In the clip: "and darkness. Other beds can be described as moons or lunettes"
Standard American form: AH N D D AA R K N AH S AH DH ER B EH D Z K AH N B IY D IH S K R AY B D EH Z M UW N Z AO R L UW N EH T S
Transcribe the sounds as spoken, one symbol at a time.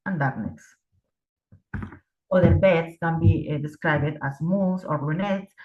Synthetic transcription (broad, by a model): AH N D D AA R N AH S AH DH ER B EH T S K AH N B IY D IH S K R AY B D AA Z M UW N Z AO R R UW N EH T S